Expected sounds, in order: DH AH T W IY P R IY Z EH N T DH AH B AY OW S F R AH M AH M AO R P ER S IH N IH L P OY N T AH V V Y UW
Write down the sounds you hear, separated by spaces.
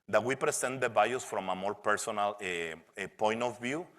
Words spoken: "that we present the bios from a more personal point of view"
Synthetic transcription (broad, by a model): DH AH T W IY P R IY S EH N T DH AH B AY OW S F R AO M AH M AO R P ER S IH N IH L P OY N T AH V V Y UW